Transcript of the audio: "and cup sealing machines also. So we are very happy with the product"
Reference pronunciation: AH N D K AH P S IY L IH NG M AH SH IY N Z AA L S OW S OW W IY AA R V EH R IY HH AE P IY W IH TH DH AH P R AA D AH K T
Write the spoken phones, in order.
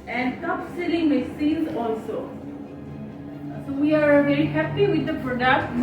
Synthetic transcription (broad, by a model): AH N D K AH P S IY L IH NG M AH S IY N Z AA L S OW S OW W IY AA R V EH R IY HH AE P IY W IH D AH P R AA D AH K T